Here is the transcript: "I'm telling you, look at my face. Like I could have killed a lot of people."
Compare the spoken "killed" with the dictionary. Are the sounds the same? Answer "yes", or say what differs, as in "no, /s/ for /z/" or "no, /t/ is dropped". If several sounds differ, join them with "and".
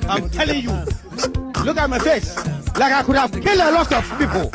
no, /d/ is dropped